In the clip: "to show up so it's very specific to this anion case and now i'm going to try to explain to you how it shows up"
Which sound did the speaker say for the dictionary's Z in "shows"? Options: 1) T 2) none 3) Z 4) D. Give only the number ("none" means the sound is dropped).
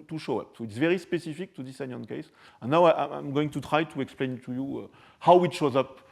3